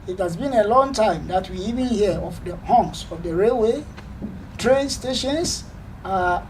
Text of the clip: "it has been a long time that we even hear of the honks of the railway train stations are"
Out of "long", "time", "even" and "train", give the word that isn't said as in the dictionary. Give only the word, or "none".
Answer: none